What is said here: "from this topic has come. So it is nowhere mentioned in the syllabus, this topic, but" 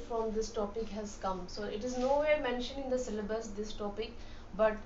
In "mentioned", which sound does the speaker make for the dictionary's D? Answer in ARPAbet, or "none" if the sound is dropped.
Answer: none